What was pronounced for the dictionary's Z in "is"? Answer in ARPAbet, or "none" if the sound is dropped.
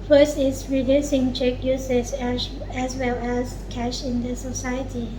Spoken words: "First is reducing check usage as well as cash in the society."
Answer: S